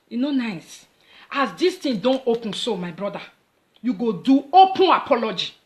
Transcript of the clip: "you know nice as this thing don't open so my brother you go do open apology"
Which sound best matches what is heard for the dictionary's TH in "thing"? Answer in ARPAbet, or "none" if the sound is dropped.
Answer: T